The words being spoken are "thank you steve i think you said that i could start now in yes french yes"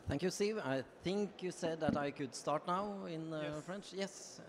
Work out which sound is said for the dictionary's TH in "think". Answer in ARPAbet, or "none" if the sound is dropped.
TH